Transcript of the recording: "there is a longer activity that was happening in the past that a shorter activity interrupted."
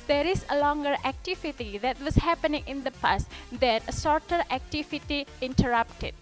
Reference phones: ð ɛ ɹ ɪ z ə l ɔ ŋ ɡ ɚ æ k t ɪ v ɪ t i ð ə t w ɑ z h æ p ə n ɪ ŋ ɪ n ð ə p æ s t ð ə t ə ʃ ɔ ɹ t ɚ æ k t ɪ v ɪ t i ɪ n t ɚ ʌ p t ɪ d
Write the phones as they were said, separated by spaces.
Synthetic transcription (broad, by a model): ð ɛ ɹ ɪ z ə l ɔ ŋ ɡ ɚ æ k t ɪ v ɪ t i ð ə t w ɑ s h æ p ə n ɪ ŋ ɪ n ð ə p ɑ s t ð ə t ə s ɔ ɹ t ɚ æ k t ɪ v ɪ t i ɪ n t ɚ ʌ p t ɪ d